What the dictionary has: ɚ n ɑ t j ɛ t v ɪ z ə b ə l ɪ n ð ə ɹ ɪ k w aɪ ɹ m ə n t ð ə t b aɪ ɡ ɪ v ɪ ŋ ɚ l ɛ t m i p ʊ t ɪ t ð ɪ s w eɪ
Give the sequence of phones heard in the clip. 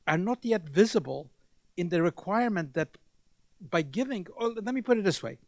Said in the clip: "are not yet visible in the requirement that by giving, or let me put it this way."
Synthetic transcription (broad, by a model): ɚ n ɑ t j ɛ t v ɪ z ə b ə l ɪ n ð ə ɹ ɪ k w aɪ ɹ m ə n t ð ə t b aɪ ɡ ɪ v ɪ ŋ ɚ l ɛ t m i p ʊ t ɪ t ð ɪ s w eɪ